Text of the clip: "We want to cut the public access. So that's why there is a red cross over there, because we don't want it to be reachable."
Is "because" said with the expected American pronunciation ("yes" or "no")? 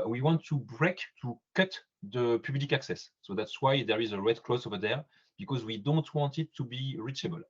yes